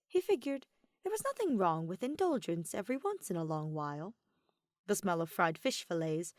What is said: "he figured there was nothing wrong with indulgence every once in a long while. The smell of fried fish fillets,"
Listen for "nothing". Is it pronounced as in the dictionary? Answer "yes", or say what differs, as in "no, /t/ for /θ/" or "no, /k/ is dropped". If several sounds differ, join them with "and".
yes